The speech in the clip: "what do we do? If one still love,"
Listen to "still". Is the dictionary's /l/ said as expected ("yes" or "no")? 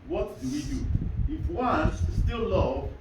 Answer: yes